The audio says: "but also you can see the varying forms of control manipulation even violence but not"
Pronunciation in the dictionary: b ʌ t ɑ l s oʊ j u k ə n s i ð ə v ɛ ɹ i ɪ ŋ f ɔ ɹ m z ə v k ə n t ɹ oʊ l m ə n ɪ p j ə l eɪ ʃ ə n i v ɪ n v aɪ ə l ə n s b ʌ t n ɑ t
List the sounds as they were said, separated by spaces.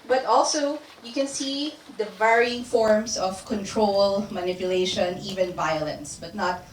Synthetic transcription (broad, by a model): b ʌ t ɑ l s oʊ j u k ə n s i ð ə v ɛ ɹ i ɪ ŋ f ɔ ɹ m s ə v k ə n t ɹ oʊ l m ə n ɪ p j ə l eɪ ʃ ə n i v ɪ n v aɪ ə l ə n s b ʌ t n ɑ t